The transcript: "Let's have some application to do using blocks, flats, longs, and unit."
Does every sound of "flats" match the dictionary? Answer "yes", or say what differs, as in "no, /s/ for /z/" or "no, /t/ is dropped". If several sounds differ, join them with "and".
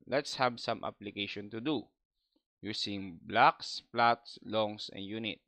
no, /p/ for /f/